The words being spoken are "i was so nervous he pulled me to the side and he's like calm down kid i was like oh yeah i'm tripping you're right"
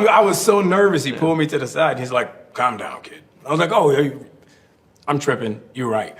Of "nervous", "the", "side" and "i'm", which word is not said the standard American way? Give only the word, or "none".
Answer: side